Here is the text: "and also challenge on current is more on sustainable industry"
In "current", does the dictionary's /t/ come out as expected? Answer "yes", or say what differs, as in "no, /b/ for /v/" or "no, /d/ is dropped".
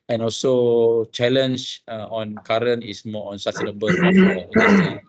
no, /t/ is dropped